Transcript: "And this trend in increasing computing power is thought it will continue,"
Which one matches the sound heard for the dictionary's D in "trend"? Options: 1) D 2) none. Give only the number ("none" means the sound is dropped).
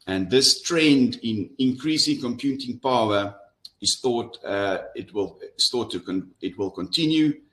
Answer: 1